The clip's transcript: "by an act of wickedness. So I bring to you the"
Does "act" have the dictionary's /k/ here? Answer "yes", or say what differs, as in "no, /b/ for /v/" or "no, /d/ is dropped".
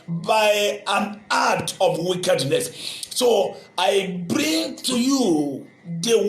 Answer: no, /k/ is dropped